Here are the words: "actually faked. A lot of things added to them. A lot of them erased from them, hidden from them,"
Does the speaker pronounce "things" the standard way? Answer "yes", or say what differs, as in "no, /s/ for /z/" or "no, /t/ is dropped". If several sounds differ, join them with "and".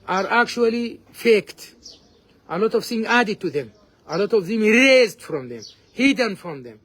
no, /z/ is dropped